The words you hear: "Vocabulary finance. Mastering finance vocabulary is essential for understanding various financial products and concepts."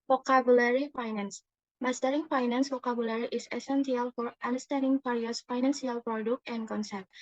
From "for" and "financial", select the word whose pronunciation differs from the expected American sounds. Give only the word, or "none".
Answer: financial